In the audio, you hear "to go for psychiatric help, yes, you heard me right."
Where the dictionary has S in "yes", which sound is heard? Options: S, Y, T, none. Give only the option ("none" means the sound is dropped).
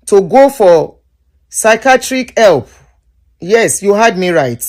S